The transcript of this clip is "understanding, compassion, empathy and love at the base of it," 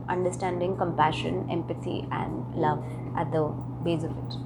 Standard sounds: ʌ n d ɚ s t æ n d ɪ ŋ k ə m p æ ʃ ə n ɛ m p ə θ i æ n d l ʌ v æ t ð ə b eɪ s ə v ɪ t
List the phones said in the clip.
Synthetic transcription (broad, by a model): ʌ n d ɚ s t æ n d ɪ ŋ k ə m p æ ʃ ə n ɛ m p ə t i æ n d l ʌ v æ t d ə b eɪ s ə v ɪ t